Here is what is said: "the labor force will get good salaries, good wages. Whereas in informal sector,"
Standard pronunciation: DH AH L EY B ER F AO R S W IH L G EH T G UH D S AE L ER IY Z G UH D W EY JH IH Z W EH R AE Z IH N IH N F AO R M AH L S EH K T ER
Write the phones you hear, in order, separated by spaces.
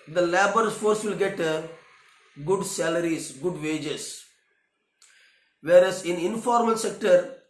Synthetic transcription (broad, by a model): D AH L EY B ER F AO R S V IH L G EH T G UH D S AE L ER IY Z G UH D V EY JH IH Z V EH R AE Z IH N IH N F AO R M AH L S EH K T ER